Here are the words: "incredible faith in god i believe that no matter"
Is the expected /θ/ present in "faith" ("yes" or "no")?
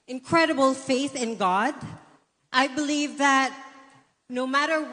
yes